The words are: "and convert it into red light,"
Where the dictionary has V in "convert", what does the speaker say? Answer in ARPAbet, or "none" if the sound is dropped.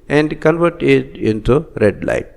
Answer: V